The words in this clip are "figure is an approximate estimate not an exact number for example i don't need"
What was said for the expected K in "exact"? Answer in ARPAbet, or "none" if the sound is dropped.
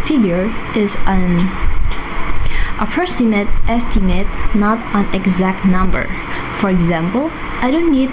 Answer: K